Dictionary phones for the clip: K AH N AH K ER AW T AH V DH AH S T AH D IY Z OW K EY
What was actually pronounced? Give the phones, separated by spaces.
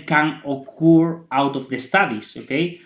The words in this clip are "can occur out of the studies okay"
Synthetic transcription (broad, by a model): K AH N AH K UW AW T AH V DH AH S T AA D IY S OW K EY